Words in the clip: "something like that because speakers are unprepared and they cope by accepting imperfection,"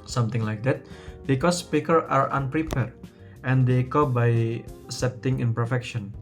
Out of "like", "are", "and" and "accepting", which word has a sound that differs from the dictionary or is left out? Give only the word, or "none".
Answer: accepting